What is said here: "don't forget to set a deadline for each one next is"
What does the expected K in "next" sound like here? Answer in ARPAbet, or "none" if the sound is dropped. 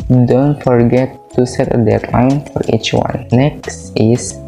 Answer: K